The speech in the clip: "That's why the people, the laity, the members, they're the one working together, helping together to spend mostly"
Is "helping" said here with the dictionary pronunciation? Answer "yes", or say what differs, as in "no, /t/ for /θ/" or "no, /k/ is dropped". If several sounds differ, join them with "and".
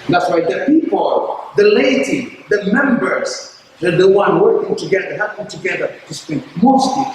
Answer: no, /l/ is dropped